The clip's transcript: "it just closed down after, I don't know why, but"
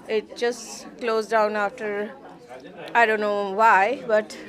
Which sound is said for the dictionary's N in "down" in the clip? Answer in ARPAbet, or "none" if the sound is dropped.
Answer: N